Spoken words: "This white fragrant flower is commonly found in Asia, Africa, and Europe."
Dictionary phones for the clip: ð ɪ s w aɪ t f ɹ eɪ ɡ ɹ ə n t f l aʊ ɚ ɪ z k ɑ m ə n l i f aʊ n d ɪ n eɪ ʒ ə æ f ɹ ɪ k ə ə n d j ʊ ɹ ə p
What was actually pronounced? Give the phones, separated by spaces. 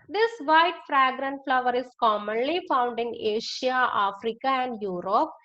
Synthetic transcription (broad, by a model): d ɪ s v aɪ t f ɹ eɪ ɡ ɹ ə n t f l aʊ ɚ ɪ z k ɑ m ə n l i f aʊ n d ɪ n eɪ ʃ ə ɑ f ɹ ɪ k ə ə n d j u ɹ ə p